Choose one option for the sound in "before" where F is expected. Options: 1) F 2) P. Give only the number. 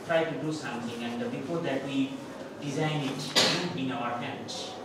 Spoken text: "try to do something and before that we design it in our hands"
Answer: 2